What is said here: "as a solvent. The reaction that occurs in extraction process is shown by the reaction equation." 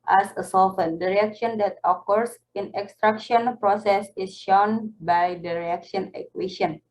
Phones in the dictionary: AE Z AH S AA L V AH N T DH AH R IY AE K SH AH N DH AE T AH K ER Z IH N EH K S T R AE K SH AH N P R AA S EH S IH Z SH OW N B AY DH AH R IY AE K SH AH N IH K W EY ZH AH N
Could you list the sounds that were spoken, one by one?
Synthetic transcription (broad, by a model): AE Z AH S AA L F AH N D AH R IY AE K SH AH N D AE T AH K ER S IH N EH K S T R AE K SH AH N P R AA S EH S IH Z SH OW N B AY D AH R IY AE K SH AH N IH K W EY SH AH N